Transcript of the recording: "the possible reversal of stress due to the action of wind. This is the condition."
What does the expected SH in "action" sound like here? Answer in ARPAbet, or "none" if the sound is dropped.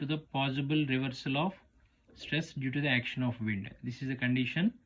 SH